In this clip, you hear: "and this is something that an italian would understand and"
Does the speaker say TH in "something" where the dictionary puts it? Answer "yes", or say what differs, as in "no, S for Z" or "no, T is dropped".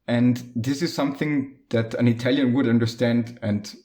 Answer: yes